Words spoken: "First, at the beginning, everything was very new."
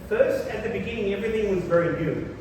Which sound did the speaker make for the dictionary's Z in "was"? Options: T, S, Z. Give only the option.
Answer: Z